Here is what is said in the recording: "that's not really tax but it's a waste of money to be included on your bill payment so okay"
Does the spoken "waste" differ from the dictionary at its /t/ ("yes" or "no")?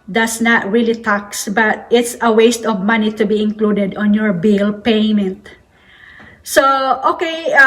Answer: no